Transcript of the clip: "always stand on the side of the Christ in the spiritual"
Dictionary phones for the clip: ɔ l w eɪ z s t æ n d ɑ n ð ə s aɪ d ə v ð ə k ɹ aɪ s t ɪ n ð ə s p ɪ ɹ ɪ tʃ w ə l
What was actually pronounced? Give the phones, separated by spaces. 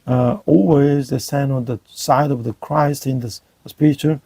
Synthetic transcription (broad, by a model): ɔ l w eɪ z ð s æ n ɑ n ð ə s aɪ d ə v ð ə k ɹ aɪ s t ɪ n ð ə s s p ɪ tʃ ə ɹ